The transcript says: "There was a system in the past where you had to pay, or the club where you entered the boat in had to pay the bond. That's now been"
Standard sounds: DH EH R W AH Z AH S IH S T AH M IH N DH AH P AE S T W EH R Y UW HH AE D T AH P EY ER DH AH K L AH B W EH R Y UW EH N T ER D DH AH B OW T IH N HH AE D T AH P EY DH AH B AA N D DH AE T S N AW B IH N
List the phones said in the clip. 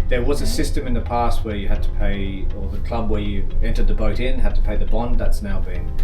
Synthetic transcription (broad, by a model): DH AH R W AH Z AH S IH S T AH M IH N DH AH P AE S T W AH R Y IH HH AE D T AH P EY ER DH AH K L AH B W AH R Y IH EH N T ER D DH AH B OW T IH N HH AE D T AH P EY DH AH B AA N D DH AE T S N AW B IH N